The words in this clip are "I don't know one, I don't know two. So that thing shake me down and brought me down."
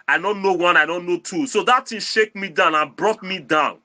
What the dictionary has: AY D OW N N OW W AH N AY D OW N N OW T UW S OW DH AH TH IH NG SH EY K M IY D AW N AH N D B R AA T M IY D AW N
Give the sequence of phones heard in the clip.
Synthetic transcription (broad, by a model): AY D OW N N OW W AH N AY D OW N N OW T UW S OW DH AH T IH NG SH EY K M IY D AW N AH N B R AA T M IY D AW N